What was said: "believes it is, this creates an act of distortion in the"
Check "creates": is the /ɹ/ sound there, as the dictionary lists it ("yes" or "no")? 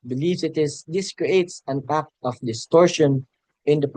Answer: yes